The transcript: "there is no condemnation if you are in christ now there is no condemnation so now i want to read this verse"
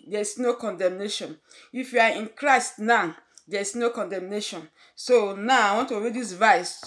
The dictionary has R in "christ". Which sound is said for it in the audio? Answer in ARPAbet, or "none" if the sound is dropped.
R